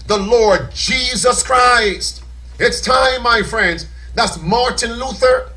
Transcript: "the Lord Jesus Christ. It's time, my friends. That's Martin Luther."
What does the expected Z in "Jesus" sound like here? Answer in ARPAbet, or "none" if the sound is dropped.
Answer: Z